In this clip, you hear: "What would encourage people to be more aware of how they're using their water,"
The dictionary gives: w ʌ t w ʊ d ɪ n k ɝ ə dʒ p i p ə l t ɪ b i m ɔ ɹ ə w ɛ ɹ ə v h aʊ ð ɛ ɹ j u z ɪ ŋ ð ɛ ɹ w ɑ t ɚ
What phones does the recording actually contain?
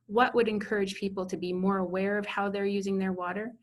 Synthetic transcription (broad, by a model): w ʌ t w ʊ d ɪ n k ɝ ə dʒ p i p l t ɪ b i m ɔ ɹ ə w ɛ ɹ ə v h aʊ ð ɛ ɹ j u z ɪ ŋ ð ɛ ɹ w ɑ t ɚ